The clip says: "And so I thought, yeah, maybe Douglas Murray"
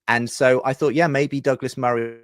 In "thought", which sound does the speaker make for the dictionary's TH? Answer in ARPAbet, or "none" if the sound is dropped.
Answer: TH